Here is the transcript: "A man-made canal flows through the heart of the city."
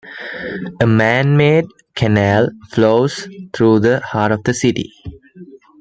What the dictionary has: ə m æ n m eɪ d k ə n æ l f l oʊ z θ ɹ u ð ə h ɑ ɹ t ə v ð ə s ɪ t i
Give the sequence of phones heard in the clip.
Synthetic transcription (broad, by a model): ə m æ n m eɪ d k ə n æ l f l oʊ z t ɹ u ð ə h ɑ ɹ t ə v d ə s ɪ t i